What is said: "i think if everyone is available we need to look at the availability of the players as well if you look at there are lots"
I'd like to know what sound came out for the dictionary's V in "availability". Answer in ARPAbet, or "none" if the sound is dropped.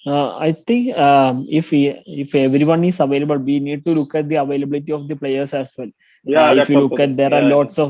V